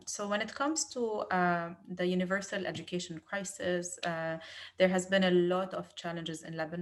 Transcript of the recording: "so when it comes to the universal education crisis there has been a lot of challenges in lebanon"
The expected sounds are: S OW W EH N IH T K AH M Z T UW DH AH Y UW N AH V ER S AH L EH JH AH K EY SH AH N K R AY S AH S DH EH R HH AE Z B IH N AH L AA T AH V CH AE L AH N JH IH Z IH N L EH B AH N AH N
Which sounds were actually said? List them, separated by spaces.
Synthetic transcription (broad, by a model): S OW W EH N IH T K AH M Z T UW DH AH Y UW N AH V ER S AH L EH JH AH K EY SH AH N K R AY S AH S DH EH R HH AE Z B IH N AH L AA T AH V CH AE L AH N JH IH Z IH N L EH B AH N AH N